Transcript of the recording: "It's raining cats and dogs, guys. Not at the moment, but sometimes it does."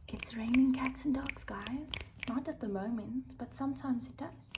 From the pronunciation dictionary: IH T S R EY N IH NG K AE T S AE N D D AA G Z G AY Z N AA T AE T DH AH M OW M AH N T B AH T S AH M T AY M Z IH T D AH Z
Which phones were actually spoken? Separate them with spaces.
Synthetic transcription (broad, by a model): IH T S R EY N IH NG K AE T S N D D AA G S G AY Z N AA T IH T DH AH M OW M AH N T B AH T S AH M T AY M Z IH T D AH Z